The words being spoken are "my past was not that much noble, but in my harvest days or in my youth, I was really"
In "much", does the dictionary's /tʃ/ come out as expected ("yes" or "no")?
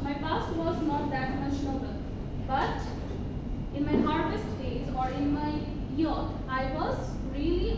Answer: no